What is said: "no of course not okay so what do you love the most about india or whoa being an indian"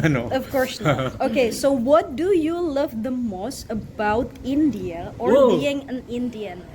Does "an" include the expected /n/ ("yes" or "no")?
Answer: yes